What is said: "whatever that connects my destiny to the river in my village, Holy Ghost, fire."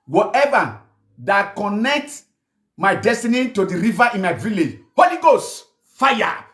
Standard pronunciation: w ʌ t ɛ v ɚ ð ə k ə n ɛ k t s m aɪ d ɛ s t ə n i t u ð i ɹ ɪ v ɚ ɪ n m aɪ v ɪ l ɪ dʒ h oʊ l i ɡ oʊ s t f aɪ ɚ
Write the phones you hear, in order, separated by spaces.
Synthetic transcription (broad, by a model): w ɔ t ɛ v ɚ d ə k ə n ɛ k t m aɪ d ɛ s t ə n i t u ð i ɹ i v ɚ ɪ n m aɪ v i l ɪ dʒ h oʊ l i ɡ oʊ s t f aɪ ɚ